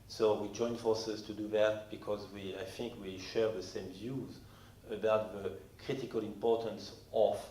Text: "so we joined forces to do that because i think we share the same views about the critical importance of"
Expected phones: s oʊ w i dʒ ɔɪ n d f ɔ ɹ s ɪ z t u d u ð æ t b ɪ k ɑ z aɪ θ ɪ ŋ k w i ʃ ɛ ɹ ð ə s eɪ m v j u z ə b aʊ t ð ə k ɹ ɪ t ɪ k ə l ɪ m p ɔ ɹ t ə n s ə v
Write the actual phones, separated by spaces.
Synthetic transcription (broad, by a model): s oʊ w i dʒ ɔɪ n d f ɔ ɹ s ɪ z t u d u ð æ t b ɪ k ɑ z aɪ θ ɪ ŋ k w i ʃ ɛ ɹ ð ə s eɪ m v j u z ə b aʊ t ð ə k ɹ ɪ t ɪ k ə l ɪ m p ɔ ɹ t ə n s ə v